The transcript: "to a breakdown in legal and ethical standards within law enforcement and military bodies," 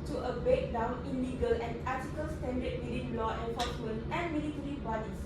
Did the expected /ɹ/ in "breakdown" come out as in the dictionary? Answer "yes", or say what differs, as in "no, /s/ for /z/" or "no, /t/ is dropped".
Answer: no, /ɹ/ is dropped